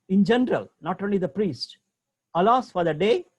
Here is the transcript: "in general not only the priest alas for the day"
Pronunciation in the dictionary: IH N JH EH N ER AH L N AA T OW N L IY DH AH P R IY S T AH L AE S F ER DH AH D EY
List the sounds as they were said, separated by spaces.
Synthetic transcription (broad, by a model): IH N JH EH N ER AH L N AA T OW N L IY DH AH P R IY S T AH L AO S F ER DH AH D EY